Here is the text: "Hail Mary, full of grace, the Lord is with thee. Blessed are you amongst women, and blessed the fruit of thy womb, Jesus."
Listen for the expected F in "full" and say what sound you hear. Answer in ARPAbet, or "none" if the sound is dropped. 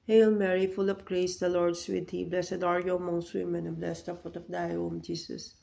F